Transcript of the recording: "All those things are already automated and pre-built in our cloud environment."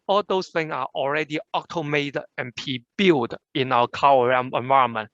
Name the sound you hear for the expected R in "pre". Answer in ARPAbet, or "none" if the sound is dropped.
none